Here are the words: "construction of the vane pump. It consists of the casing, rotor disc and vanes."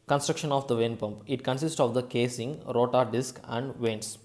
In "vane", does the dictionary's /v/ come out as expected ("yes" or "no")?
yes